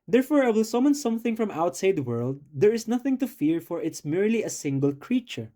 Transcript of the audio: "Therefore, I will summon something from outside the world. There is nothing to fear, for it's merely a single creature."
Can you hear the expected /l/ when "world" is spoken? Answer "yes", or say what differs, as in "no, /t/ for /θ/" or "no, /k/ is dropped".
yes